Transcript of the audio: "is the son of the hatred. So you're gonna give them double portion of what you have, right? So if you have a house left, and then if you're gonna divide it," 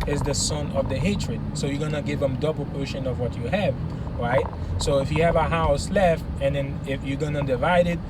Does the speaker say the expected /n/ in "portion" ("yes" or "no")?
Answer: yes